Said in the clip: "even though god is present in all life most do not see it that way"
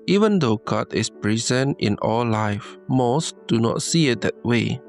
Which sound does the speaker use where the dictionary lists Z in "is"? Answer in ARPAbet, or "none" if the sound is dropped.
S